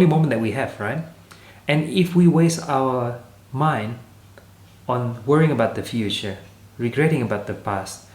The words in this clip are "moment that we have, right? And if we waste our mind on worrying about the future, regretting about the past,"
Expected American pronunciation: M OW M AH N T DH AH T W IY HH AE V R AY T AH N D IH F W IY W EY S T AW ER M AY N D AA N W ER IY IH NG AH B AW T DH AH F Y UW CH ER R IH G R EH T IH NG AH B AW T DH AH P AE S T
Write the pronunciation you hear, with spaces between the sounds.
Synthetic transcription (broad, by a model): M OW M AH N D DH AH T W IY HH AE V R AY T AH N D IH F W IY W EY S T AW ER M AY N D AA N W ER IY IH NG AH B AW T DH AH F Y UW CH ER R IH G R EH T IH NG AH B AW T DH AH P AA S T